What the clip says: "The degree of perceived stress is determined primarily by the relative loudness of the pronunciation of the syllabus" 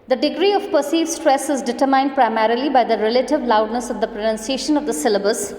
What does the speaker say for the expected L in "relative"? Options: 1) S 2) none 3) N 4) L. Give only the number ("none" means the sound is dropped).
4